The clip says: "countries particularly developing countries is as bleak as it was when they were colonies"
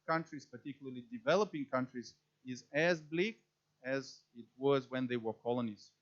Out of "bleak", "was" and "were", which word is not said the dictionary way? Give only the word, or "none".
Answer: none